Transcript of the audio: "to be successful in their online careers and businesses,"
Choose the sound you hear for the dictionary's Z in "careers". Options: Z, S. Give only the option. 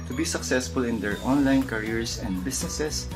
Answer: S